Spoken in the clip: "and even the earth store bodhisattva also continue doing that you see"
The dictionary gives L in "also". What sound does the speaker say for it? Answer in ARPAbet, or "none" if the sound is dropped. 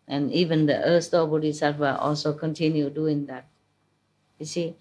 L